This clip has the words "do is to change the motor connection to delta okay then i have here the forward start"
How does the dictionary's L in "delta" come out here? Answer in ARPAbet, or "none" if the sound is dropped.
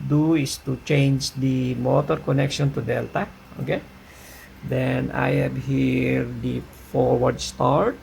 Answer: L